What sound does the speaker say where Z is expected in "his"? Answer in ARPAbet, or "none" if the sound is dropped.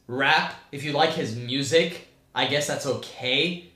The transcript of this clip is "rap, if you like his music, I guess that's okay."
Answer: Z